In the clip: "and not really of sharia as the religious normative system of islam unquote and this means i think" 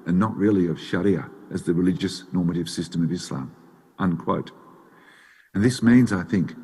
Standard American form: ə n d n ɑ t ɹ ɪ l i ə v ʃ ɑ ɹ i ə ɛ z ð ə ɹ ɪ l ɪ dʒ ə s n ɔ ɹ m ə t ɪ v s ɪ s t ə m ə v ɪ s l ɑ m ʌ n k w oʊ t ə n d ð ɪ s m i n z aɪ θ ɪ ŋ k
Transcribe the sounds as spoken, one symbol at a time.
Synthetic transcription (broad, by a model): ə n n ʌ t ɹ ɪ l i ə v ʃ ɑ ɹ i ə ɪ z ð ə ɹ ɪ l ɪ dʒ ə s n ɔ ɹ m ə t ɪ v s ɪ s t ə m ə v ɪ s l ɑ m ʌ n k w oʊ t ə n ð ɪ s m i n z aɪ θ ɪ ŋ k